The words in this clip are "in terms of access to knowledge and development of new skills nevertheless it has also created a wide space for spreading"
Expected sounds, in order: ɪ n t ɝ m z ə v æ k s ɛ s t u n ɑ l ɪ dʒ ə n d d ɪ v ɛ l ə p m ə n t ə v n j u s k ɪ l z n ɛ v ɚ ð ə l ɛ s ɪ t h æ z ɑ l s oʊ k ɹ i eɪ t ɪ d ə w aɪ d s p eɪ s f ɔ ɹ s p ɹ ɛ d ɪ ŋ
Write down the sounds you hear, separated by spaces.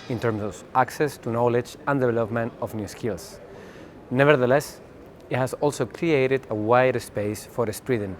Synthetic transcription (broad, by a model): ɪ n t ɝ m s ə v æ k s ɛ s t u n ɑ l ɪ dʒ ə n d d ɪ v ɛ l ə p m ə n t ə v n j u s k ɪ l s n ɛ v ɚ ð ə l ɛ s ɪ t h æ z ɑ l s oʊ k ɹ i eɪ t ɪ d ə w aɪ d s p eɪ s f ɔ ɹ s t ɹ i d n